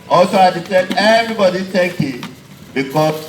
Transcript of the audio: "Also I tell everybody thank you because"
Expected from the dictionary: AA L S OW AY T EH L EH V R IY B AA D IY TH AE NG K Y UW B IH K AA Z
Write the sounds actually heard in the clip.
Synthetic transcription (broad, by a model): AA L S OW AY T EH N EH V R IY B AA D IY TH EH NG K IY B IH K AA